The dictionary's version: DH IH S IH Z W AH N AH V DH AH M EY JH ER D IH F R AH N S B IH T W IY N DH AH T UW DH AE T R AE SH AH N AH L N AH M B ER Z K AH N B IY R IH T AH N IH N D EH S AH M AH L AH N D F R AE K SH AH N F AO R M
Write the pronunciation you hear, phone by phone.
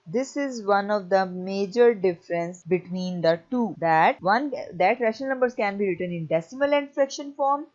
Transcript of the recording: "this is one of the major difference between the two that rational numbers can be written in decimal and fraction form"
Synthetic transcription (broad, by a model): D IH S IH Z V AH N AH V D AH M EY JH ER D IH F R AH N S B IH T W IY N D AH T UW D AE T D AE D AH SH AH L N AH M B ER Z K AH N B IY R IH T AH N IH N D EH S AH M AH L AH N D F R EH K SH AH N F AO R M